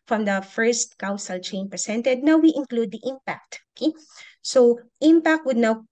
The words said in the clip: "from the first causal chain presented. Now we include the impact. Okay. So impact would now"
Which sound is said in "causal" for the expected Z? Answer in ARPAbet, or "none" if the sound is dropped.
S